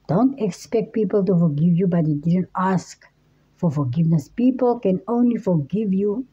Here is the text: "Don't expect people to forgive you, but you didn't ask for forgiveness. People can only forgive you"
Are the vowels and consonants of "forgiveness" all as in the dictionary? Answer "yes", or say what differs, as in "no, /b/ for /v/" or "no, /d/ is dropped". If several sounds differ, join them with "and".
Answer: yes